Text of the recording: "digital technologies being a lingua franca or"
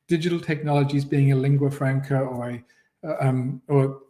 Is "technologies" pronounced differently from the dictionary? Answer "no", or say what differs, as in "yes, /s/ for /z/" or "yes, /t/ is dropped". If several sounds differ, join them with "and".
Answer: no